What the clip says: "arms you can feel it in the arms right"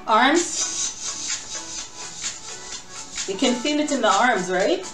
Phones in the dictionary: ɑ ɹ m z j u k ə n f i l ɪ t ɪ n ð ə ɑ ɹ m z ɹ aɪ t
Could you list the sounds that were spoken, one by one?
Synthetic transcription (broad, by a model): ɑ ɹ m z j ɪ k ə n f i n ɪ t ɪ n ð ə ɑ ɹ m z ɹ aɪ t